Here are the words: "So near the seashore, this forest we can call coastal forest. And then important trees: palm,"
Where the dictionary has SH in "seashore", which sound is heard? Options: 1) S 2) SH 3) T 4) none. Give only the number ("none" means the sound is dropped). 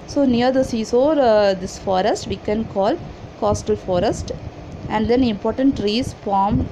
1